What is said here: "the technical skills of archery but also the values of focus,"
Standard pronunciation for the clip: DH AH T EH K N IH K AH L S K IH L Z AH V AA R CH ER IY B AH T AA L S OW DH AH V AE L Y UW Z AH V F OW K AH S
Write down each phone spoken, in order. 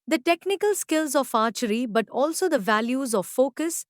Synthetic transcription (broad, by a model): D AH T EH K N IH K AH L S K IH L Z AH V AA R CH ER IY B AH T AA L S OW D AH V AE L Y UW Z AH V F OW K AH S